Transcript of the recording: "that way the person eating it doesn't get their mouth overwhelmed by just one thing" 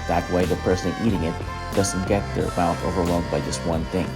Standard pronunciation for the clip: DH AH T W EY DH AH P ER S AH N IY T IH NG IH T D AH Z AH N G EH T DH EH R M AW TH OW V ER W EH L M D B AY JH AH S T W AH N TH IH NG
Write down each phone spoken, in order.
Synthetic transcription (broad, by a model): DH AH T W EY DH AH P ER S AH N IY T IH NG IH T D AH Z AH N G EH T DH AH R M AW T OW V ER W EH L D B AY JH AH S T W AH N TH IH NG